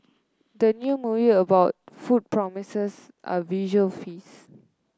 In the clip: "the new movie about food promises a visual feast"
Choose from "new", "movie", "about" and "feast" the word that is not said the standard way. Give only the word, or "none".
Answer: feast